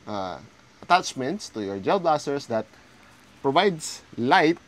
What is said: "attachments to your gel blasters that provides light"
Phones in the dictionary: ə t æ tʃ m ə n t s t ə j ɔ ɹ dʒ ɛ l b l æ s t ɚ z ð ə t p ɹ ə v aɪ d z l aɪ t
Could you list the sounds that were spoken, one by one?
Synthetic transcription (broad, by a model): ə t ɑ tʃ m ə n t s t ə j ɔ ɹ dʒ ɛ l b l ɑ s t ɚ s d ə t p ɹ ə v aɪ d s l aɪ t